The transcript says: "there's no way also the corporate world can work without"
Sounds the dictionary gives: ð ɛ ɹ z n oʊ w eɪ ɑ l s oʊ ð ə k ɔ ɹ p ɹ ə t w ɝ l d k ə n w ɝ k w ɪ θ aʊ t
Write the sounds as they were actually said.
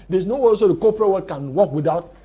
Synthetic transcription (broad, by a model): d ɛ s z n oʊ w eɪ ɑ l s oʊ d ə k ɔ p ɹ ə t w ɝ d k ə n w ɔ k w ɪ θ aʊ t